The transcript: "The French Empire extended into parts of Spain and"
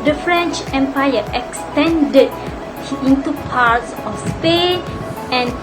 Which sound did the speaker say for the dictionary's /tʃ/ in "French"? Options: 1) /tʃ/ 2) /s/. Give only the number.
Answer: 1